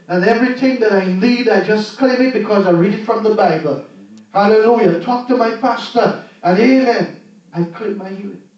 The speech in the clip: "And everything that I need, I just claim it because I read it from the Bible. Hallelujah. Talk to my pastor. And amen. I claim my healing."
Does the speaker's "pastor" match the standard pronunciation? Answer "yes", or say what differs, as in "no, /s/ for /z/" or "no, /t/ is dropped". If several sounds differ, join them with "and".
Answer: yes